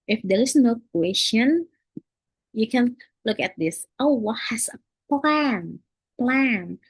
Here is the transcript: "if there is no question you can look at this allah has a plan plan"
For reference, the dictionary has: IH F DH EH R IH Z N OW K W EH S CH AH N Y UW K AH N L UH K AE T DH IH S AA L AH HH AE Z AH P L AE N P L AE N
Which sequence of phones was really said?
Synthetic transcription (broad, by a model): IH F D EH R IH S N OW K W EH S CH AH N Y UW K AH N L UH K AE T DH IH S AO W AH HH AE S AH P L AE N P L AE N